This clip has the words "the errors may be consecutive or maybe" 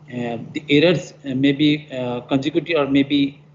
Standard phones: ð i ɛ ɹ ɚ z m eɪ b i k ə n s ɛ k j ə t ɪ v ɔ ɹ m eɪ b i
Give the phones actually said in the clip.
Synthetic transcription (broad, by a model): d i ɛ ɹ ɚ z m eɪ b i k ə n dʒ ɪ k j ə t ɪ ɔ ɹ m eɪ b i